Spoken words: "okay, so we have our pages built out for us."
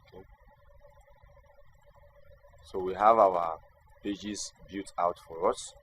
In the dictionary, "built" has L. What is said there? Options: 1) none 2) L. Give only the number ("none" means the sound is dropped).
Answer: 1